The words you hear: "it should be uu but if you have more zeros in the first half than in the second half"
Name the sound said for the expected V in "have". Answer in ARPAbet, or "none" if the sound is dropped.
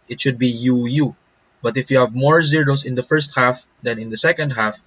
V